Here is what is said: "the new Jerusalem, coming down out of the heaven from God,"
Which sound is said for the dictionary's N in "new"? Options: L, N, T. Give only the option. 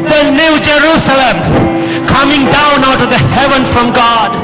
N